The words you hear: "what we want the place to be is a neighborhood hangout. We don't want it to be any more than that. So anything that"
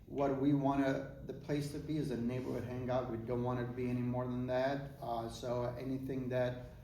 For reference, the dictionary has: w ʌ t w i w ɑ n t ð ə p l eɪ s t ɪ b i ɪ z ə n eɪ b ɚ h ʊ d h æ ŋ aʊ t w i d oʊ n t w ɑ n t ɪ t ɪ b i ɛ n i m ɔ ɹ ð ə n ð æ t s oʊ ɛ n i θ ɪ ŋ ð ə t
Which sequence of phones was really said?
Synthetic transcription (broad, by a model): w ʌ t w i w ɑ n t ð ə p l eɪ s t ɪ b i ɪ z ə n eɪ b ɚ h ʊ d h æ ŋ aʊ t w i d oʊ n t w ɑ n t ɪ t ɪ b i ɛ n i m ɔ ɹ ð ə n ð æ t s oʊ ɛ n i θ ɪ ŋ ð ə t